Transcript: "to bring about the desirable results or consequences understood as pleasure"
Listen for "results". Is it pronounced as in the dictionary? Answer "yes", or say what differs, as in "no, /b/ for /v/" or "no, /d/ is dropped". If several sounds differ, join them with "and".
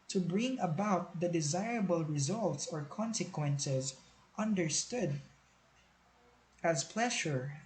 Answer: yes